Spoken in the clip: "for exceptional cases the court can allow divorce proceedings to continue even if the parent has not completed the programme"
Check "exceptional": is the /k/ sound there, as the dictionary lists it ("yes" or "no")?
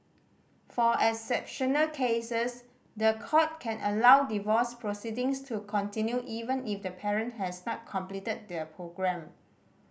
no